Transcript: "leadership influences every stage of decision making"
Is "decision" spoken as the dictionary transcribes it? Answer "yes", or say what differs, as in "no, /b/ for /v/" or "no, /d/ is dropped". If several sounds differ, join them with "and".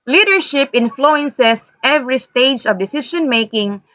no, /ʃ/ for /ʒ/